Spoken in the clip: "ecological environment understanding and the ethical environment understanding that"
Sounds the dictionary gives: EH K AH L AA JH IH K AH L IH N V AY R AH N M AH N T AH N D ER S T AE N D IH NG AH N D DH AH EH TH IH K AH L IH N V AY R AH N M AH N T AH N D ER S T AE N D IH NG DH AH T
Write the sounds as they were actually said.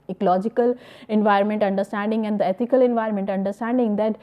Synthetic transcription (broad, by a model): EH K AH L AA JH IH K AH L IH N V AY R AH N M AH N T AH N D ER S T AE N D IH NG AH N D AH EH T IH K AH L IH N V AY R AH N M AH N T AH N D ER S T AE N D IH NG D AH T